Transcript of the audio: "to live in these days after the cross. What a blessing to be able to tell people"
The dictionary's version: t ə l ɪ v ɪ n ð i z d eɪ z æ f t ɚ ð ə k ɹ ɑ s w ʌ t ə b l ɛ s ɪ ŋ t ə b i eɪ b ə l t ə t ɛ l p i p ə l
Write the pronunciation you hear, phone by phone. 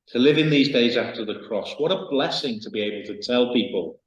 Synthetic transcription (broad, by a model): t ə l ɪ v ɪ n ð i z d eɪ z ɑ f t ɚ ð ə k ɹ ɑ s w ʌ t ə b l ɛ s ɪ ŋ t ə b i eɪ b ə l t ə t ɛ l p i p ə l